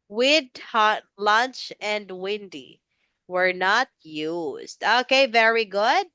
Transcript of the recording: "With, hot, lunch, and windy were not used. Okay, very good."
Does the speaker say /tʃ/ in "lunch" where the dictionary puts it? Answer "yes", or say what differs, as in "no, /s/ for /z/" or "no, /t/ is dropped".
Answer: yes